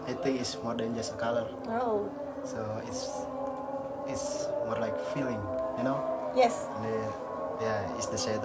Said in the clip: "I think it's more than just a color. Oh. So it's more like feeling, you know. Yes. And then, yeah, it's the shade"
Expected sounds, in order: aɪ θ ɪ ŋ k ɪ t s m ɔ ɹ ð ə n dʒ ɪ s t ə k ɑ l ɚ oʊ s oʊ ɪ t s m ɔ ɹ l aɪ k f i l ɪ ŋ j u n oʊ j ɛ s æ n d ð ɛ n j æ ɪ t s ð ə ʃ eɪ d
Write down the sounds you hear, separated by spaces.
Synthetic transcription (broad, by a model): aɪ t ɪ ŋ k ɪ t s m ɔ ɹ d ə n dʒ ɪ s t ə k ɑ l ɚ oʊ s oʊ ɪ t s m ɔ ɹ l aɪ k f i l ɪ ŋ j u n oʊ j ɛ s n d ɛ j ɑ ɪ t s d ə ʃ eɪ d